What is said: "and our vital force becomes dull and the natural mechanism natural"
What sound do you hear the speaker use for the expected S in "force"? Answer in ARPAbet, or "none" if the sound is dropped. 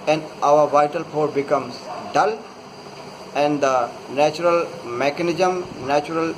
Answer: none